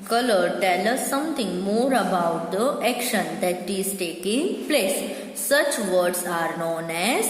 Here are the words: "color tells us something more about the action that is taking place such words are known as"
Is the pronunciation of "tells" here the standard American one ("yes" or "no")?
no